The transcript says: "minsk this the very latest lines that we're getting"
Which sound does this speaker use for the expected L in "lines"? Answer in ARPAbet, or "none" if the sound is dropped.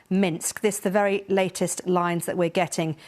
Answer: L